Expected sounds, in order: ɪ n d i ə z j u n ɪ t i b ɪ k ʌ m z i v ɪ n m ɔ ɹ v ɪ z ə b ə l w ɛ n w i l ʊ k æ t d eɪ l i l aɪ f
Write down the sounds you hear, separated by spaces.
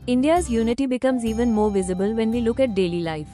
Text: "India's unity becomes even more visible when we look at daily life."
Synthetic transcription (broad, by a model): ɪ n d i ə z j u n ɪ t i b ɪ k ʌ m z i v ɪ n m ɔ ɹ v ɪ z ə b ə l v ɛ n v i l ʊ k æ t d eɪ l i l aɪ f